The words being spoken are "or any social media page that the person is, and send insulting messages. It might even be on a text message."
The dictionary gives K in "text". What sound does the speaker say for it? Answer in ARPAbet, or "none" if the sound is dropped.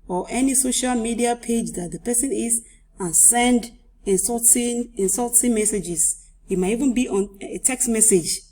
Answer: K